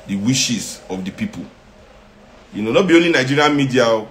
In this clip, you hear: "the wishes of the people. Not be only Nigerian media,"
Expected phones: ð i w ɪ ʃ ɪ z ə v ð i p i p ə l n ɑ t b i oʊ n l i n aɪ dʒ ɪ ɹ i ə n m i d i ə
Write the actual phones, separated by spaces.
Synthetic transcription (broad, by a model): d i w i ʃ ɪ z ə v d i p i p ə n n ɑ t b i oʊ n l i n aɪ dʒ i ɹ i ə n m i d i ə